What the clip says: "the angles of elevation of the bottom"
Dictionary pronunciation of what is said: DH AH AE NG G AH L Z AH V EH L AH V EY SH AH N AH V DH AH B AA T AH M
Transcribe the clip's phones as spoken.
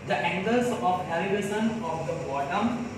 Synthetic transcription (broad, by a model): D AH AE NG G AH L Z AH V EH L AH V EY S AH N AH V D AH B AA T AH M